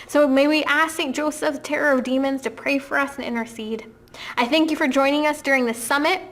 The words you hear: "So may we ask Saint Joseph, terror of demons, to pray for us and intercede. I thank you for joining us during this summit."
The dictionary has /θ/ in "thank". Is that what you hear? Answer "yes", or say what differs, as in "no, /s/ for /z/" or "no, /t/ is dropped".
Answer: yes